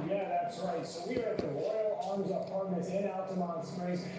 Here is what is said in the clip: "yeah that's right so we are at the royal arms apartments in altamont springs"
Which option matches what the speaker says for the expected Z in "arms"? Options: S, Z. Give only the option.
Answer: Z